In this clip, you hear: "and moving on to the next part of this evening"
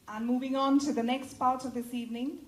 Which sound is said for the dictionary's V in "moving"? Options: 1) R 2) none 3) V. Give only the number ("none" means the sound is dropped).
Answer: 3